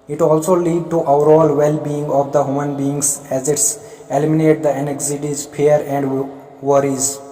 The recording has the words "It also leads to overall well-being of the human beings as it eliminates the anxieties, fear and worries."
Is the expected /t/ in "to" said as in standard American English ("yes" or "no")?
yes